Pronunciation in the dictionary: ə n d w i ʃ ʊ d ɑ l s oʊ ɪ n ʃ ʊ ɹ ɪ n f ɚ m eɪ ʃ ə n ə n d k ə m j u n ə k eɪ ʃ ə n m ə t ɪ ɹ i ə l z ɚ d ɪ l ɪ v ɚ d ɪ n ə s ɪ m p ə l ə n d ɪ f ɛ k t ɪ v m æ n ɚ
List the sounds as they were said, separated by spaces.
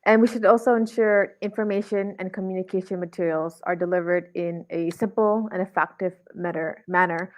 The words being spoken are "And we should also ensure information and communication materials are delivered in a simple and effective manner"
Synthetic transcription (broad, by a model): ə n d w i ʃ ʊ d ɑ l s oʊ ɪ n ʃ ʊ ɹ ɪ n f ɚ m eɪ ʃ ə n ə n k ə m j u n ə k eɪ ʃ ə n m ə t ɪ ɹ i l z ɚ d ɪ l ɪ v ɚ d ɪ n ə s ɪ m p l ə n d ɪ f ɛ k t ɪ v m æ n ɚ